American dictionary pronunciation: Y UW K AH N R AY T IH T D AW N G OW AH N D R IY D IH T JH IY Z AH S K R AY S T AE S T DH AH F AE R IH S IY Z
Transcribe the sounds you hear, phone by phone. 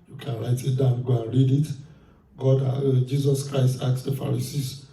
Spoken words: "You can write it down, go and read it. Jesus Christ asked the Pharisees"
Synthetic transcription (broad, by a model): Y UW K AH N R AY T IH T D AW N G OW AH N R IY D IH T JH IY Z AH S K R AY S T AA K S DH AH F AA R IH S IY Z